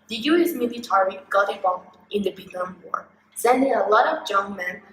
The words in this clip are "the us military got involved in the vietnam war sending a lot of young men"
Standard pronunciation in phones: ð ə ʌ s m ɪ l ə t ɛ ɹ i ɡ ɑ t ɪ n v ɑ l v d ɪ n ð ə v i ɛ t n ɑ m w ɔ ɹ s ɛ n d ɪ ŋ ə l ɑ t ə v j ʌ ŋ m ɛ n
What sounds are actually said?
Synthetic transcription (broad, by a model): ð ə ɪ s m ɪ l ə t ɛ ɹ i ɡ ɑ t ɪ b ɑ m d ɪ n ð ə b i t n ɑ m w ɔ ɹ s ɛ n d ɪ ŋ ə l ɑ t ə v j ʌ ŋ m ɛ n